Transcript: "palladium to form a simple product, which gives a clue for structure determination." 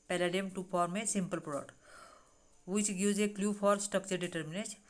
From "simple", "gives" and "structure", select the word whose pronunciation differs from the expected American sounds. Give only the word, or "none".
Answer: gives